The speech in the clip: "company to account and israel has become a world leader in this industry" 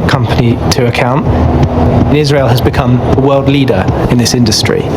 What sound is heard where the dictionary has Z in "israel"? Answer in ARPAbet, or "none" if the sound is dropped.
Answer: Z